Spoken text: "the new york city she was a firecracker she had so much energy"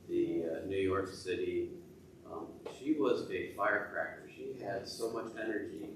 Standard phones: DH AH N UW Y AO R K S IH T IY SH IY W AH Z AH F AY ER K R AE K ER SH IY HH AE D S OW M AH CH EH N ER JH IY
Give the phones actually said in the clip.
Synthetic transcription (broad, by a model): DH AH N UW Y AO R K S IH T IY SH IY W AH Z AH F AY ER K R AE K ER SH IY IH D S OW M AH CH EH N ER JH IY